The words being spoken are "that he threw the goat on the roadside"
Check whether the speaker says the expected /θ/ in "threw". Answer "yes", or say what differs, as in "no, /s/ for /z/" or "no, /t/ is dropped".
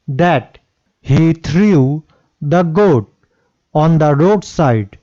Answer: no, /t/ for /θ/